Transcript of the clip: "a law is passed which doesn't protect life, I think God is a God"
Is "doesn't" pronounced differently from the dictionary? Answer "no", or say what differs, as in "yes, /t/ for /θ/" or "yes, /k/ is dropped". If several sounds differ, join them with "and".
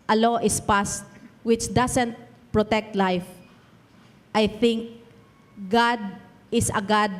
yes, /s/ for /z/